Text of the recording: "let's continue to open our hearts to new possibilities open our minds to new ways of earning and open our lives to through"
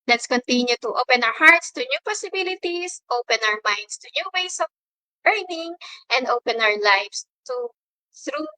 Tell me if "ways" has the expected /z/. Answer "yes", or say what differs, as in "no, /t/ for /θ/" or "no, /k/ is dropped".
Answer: no, /s/ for /z/